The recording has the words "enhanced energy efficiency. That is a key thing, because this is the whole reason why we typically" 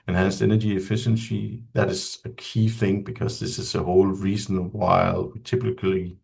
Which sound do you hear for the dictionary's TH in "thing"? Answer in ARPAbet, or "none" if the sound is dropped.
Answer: TH